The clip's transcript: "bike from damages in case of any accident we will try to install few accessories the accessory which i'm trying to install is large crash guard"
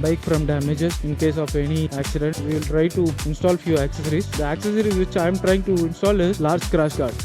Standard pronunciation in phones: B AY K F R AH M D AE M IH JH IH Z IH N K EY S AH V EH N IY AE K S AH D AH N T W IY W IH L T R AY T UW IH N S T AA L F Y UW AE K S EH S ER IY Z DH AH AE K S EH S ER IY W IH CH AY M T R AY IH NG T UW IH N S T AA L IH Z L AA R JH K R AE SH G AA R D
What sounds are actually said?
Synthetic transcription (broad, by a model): B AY K F R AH M D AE M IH JH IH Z IH N K EY S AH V EH N IY AE K S AH D AH N T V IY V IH L T R AY T UW IH N S T AA L F Y UW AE K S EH S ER IY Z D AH AE K S EH S ER IY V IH CH AY M T R AY IH NG T UW IH N S T AA L IH Z L AA R JH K R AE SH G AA R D